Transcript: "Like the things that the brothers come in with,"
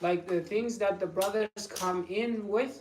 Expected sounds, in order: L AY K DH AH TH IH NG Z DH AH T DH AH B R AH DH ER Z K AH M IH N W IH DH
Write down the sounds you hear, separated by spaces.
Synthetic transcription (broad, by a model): L AY K DH AH TH IH NG Z DH AH T DH AH B R AH DH ER Z K AH M IH N W IH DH